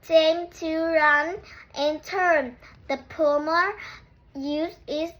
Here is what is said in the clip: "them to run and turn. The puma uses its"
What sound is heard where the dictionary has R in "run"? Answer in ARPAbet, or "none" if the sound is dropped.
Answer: R